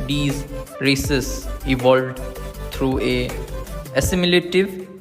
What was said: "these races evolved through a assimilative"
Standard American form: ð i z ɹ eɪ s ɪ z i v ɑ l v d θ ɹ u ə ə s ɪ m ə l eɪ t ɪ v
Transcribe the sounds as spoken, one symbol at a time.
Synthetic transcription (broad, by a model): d i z ɹ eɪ s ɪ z i v ɑ l v d t ɹ u ə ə s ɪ m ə l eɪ t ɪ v